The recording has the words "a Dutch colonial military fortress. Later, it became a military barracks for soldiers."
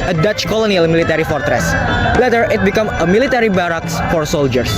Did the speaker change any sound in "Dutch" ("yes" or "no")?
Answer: no